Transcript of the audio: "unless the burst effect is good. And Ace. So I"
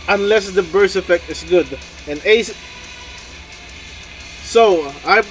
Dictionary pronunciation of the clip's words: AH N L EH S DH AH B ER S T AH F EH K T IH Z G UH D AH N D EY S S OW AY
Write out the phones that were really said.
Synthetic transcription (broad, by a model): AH N L EH S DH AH B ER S AH F EH K T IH S G UH D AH N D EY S S OW AY